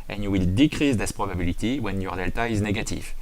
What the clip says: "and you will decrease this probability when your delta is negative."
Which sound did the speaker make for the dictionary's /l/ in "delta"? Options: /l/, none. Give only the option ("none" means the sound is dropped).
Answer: /l/